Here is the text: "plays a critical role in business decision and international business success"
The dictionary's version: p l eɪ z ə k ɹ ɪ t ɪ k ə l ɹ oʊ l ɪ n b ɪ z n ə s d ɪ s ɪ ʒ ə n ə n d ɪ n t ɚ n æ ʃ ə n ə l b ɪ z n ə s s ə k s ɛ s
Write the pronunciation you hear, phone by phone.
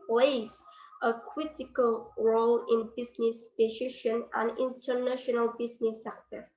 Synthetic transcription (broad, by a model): p l eɪ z ə k ɹ ɪ t ɪ k ə l ɹ oʊ l ɪ n b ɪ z n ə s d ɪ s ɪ ʃ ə n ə n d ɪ n t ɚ n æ ʃ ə n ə l b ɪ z n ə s s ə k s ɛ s